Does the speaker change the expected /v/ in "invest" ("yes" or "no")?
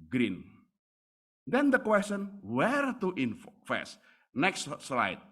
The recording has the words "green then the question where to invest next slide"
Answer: yes